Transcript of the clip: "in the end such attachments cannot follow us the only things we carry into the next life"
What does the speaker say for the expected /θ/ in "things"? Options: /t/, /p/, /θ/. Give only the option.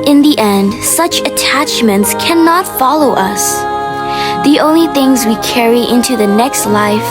/θ/